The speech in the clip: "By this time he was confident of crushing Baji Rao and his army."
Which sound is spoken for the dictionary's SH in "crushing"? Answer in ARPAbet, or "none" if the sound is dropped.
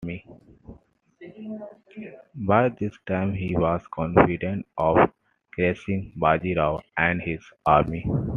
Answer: S